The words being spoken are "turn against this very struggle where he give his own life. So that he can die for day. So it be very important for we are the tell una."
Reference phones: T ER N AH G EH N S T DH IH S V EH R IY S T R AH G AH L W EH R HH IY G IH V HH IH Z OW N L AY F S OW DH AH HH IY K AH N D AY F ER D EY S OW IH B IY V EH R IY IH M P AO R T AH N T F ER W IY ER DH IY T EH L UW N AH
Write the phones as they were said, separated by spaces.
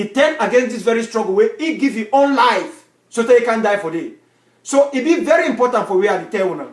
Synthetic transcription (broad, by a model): T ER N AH G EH N S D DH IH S V EH R IY S T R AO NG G W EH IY G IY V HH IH OW N L AY F S OW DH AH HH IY K AH N D AY F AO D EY S OW IH B IY V EH R IY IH M P AO T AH N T F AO W IY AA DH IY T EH W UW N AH